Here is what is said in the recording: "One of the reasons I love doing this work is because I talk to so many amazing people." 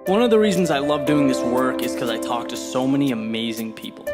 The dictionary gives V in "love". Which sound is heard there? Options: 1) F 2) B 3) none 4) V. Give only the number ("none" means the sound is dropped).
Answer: 4